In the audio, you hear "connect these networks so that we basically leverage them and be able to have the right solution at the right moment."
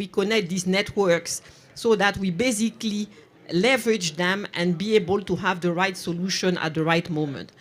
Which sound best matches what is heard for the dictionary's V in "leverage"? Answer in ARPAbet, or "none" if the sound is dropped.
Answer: V